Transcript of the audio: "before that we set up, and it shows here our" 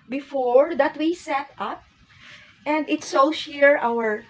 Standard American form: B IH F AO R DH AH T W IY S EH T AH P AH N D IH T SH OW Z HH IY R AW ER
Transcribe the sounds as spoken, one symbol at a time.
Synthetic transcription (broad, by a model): B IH F AO R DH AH T W IY S EH T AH P AH N D IH T S OW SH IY R AW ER